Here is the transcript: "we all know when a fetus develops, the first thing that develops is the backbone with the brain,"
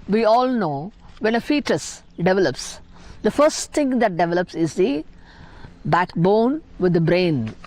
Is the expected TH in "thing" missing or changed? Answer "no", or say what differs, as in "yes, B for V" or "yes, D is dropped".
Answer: yes, T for TH